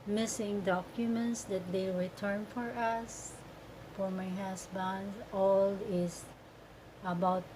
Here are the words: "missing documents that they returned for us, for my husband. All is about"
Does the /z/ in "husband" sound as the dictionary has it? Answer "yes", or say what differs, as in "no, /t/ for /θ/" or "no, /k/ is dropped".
no, /s/ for /z/